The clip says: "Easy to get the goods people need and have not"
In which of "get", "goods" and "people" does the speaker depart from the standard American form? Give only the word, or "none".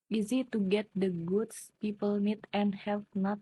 goods